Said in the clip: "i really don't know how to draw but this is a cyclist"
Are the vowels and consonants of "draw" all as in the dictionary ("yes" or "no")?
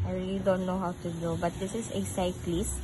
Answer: no